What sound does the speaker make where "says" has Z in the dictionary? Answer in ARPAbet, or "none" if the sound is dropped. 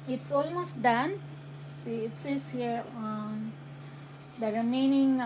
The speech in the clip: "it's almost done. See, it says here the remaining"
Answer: S